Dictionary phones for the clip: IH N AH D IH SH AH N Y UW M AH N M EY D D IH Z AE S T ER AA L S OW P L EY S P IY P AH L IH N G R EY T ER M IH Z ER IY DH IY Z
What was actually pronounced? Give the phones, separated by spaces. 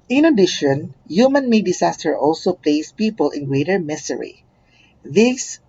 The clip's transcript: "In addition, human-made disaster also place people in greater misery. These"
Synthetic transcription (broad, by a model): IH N AH D IH SH AH N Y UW M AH N M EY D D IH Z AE S T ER AA L S OW P L EY S P IY P AH L IH N G R EY T ER M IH S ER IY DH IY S